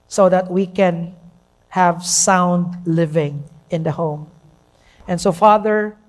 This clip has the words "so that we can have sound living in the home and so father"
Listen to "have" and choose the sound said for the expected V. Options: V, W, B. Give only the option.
V